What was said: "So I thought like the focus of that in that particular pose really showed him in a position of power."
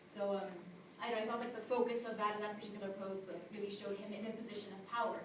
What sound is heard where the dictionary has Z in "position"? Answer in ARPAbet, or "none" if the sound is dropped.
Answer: Z